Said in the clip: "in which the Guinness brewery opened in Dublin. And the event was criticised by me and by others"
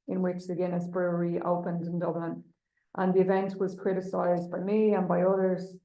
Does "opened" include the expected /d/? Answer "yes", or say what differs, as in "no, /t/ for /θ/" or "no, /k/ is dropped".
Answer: yes